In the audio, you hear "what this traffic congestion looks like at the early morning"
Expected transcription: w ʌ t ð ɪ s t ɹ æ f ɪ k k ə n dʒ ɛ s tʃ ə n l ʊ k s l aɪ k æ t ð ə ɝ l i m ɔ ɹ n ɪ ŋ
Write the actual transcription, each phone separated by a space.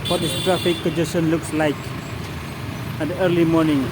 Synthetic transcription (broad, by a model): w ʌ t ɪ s t ɹ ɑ f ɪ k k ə dʒ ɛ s ə n l ʊ k s l aɪ k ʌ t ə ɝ l i m ɔ n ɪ ŋ